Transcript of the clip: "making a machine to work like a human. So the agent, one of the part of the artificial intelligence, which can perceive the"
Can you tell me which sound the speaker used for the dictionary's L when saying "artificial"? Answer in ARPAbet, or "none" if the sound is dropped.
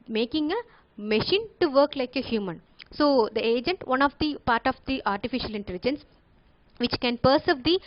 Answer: L